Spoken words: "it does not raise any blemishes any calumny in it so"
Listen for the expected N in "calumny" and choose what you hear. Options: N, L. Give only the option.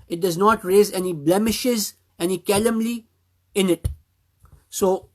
L